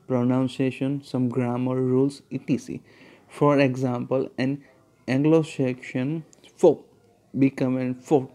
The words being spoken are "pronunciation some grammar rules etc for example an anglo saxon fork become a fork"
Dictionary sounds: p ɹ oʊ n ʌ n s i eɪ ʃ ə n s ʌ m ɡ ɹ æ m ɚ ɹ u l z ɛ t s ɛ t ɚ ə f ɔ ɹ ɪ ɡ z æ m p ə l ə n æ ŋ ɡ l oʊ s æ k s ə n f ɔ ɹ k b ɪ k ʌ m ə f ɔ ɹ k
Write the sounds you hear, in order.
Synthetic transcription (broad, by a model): p ɹ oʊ n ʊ n s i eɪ ʃ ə n s ʌ m ɡ ɹ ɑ m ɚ ɹ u l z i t i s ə f ɔ ɹ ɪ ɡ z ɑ m p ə l ə n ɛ ŋ ɡ l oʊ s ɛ k ʃ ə n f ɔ b ɪ k ʌ m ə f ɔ